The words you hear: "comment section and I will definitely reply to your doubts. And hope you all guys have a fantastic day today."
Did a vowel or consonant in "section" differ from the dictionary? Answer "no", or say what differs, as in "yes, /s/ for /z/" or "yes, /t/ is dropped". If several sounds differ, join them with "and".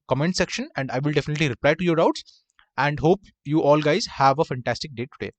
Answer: no